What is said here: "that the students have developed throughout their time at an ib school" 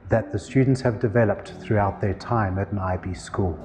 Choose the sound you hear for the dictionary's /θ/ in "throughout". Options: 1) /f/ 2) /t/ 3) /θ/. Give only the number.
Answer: 3